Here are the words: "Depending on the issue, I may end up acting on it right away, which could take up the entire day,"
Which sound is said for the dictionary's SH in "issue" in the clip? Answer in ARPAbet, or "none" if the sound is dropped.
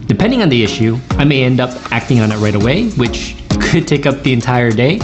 SH